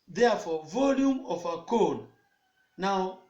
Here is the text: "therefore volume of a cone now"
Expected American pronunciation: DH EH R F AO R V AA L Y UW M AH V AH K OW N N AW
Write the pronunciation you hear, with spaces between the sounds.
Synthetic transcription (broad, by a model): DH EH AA F AO V AA L Y UW M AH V AH K OW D N AW